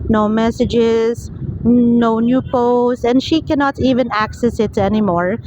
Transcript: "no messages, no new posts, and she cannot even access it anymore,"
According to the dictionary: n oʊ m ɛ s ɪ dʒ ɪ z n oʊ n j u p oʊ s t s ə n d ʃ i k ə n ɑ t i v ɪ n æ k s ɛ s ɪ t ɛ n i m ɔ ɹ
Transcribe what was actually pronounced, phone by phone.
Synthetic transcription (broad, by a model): n oʊ m ɛ s ɪ dʒ ɪ z n oʊ n j u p oʊ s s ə n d ʃ i k ə n ɑ t i v ɪ n æ k s ɛ s ɪ t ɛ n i m ɔ ɹ